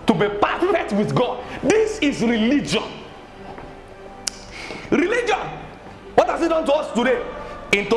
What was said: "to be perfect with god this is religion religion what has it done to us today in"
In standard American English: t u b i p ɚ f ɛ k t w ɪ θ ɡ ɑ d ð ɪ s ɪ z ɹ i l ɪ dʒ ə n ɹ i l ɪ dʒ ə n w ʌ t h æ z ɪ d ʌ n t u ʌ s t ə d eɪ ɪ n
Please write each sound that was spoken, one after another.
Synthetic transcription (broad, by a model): t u b i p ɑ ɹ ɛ t w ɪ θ ɡ ɑ d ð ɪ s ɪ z ɹ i l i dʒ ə n ɹ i l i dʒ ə n w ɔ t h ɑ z ɪ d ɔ n t u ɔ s t ə d eɪ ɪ n